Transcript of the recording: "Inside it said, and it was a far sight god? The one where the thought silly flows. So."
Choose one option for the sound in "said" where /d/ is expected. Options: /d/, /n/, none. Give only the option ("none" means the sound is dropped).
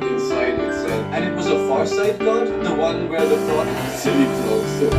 none